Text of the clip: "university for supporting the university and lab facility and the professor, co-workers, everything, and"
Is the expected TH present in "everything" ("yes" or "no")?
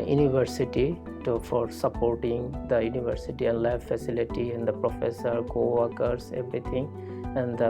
no